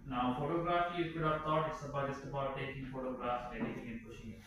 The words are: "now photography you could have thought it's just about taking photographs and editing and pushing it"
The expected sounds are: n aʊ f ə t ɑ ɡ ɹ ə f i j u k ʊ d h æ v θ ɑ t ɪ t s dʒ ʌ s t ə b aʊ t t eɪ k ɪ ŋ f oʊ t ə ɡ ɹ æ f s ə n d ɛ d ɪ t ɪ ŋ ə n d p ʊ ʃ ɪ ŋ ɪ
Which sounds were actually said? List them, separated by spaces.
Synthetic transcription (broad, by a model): n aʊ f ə t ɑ ɡ ɹ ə f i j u k ʊ d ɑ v t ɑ t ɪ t s dʒ ʌ s t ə b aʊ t t eɪ k ɪ ŋ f oʊ t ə ɡ ɹ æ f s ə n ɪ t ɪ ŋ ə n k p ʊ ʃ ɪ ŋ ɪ